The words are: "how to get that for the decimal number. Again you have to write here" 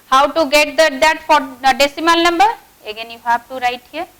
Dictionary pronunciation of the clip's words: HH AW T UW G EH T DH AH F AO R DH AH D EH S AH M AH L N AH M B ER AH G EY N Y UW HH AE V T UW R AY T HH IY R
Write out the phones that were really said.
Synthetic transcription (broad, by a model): HH AW T UW G EH T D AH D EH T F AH D EH S AH M AH L N AH M B ER AH G EY N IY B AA B T UW R AY T HH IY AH